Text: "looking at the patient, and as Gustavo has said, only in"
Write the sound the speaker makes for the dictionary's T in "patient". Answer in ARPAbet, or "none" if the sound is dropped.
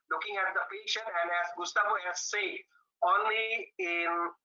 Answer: none